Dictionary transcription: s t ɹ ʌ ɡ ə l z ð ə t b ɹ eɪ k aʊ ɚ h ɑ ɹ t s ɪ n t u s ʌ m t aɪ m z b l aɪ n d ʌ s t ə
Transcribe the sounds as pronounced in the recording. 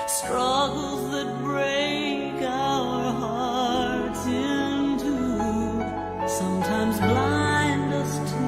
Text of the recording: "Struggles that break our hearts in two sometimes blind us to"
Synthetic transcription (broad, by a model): s t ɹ ʌ ɡ l z ð ə t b ɹ eɪ k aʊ ɚ h ɑ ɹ t s ɪ n t u s ʌ m t aɪ m z b l aɪ n d ʌ s t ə